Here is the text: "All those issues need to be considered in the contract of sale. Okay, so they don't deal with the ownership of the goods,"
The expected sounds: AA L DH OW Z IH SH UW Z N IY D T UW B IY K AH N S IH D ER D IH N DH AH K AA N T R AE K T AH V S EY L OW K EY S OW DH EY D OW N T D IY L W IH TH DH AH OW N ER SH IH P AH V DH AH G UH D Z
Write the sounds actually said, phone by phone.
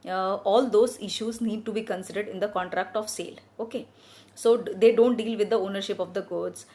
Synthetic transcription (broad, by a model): AA L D OW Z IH SH UW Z N IY D T UW B IY K AH N S IH D ER D IH N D AH K AA N T R AE K T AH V S EY L OW K EY S OW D EY D OW N T D IY L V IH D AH OW N ER SH IH P AH V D AH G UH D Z